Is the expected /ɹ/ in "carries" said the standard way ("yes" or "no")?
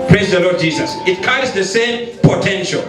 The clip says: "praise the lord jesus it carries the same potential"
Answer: no